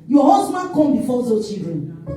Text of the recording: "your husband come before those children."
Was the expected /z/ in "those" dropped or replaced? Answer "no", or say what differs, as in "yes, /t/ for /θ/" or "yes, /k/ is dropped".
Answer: yes, /z/ is dropped